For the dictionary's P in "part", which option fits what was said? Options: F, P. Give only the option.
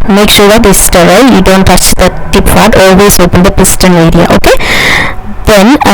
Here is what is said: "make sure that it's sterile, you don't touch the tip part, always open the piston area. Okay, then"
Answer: F